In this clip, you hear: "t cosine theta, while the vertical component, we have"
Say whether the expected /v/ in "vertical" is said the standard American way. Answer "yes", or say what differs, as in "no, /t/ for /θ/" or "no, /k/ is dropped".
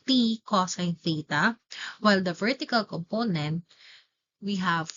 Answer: yes